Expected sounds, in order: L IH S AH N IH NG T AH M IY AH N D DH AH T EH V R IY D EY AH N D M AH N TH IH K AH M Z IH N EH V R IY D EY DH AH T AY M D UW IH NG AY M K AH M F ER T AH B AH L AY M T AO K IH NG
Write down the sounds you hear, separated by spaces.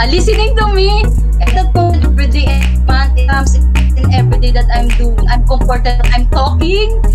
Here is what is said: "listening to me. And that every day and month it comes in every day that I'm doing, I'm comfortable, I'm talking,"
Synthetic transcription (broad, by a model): L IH S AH N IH NG T AH M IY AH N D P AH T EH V R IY D EY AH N M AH N T IH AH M S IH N EH V R IY D EY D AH T AY M D UW IH NG AY M K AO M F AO T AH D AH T AY M T AO K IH NG